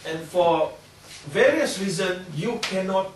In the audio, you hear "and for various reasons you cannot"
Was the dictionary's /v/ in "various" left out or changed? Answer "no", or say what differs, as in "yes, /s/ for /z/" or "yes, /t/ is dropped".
no